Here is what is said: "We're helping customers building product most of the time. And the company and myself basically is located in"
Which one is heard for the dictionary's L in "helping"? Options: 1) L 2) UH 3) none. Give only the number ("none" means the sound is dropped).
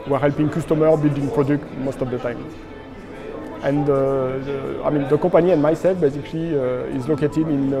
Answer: 1